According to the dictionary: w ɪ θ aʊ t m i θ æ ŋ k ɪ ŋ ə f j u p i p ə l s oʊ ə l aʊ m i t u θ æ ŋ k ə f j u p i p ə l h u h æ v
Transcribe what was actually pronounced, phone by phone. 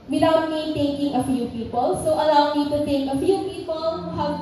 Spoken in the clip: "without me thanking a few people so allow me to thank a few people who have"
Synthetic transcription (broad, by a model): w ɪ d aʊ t m i t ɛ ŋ k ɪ ŋ ə f j u p i p ə l s oʊ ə l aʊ m i t u t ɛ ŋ k ə f j u p i p ə l h u h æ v